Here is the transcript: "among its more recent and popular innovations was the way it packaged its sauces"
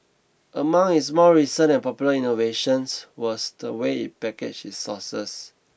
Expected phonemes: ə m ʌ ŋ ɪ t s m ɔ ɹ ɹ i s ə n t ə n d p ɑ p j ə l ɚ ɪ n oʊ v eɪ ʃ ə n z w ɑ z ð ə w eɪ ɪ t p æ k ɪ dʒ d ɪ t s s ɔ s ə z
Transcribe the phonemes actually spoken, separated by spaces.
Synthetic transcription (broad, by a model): ə m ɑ ŋ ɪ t s m ɔ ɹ ɹ i s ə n ə n p ɑ p j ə l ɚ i n oʊ v eɪ ʃ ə n s w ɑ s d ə w eɪ ɪ t p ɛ k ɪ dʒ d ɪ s s ɔ s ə s